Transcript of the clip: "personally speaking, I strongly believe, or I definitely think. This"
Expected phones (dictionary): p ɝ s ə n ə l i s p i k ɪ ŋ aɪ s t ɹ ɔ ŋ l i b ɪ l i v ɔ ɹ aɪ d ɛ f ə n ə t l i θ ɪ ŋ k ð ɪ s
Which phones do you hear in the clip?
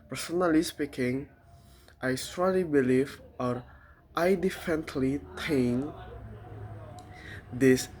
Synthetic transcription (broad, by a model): p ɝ s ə n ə l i s p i k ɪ ŋ aɪ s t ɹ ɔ l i b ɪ l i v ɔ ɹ aɪ d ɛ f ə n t l i t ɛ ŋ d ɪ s